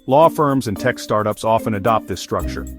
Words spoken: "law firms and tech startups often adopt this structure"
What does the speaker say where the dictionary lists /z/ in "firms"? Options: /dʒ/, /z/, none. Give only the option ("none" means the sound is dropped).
/z/